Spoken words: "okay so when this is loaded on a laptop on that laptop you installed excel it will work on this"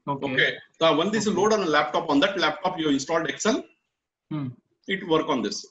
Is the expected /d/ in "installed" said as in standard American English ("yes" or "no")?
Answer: yes